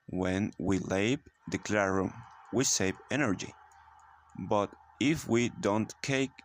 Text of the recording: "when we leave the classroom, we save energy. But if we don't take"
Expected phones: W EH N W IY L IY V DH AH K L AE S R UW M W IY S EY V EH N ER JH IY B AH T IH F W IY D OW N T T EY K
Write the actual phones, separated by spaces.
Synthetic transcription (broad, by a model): W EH N W IY L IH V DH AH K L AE R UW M W IY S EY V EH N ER JH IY B AH T IH F W IY D OW N T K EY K